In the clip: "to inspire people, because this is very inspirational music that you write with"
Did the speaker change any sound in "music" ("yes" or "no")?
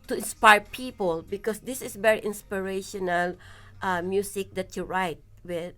yes